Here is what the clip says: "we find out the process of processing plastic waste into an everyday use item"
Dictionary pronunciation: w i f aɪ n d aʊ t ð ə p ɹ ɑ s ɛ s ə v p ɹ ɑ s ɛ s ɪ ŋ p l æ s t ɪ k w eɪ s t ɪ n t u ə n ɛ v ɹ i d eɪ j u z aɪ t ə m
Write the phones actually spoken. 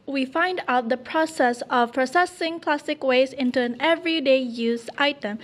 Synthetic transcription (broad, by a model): w i f aɪ n d aʊ t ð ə p ɹ ɑ s ɛ s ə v p ɹ ɑ s ɛ s ɪ ŋ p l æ s t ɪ k w eɪ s ɪ n t u ə n ɛ v ɹ i d eɪ j u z aɪ t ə m